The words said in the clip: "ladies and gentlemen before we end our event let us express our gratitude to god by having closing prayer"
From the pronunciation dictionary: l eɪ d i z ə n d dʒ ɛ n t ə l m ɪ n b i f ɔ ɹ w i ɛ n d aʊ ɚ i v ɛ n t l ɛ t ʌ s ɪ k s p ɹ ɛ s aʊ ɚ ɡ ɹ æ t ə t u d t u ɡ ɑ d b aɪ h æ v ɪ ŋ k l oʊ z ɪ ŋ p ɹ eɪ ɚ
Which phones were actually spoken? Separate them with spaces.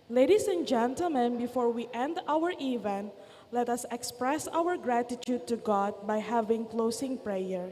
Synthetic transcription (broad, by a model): l eɪ d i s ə n dʒ ɛ n t ə l m ɪ n b i f ɔ ɹ w i ɛ n d aʊ ɚ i v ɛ n l ɛ t ʌ s ɪ k s p ɹ ɛ s aʊ ɚ ɡ ɹ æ t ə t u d t u ɡ ɑ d b aɪ h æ v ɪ ŋ k l oʊ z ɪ ŋ p ɹ eɪ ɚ